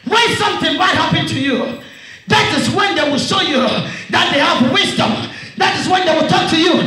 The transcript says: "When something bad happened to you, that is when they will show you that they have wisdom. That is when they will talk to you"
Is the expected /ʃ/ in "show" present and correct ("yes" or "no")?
yes